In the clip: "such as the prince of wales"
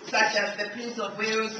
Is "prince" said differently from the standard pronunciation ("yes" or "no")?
yes